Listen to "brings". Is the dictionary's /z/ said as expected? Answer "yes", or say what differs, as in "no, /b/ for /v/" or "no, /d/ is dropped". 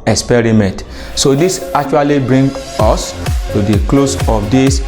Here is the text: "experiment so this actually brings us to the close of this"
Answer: no, /z/ is dropped